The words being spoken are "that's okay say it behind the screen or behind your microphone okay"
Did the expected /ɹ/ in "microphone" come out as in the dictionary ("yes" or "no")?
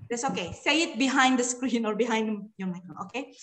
no